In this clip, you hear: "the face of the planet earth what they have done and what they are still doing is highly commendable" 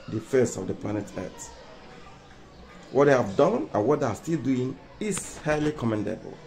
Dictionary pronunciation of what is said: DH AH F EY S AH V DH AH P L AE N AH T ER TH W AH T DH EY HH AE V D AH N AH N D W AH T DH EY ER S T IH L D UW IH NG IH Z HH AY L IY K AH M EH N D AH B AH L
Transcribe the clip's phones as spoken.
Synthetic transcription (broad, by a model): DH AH F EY S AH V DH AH P L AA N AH T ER T W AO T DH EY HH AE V D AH N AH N W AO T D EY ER S T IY L D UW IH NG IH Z HH AY L IY K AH M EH N D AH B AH L